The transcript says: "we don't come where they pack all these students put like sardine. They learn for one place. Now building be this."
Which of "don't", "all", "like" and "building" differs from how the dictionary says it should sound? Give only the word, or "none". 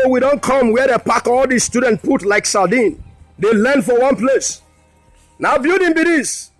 building